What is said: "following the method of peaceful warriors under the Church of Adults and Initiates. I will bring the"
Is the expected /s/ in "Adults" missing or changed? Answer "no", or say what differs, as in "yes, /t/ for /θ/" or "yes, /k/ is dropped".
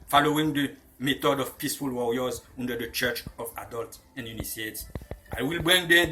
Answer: yes, /s/ is dropped